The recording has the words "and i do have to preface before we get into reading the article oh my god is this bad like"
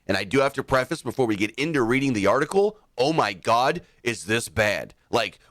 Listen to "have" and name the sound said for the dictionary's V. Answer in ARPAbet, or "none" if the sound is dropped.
F